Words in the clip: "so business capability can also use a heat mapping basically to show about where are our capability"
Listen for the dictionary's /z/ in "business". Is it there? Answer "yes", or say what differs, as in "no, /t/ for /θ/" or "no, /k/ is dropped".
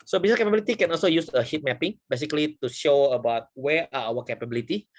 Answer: no, /s/ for /z/